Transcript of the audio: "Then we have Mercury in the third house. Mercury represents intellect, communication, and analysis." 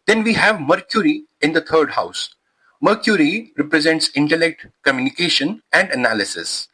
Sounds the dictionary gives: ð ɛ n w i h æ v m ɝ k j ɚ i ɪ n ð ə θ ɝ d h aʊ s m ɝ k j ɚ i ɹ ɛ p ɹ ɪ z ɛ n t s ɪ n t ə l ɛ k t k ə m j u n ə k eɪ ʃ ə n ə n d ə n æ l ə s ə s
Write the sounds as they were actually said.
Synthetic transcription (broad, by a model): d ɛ n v i h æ v m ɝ k j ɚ i ɪ n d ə t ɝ d h aʊ s m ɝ k j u i ɹ ɛ p ɹ ɪ z ɛ n t s ɪ n t ə l ɛ k t k ə m j u n ə k eɪ ʃ ə n ə n d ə n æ l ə s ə s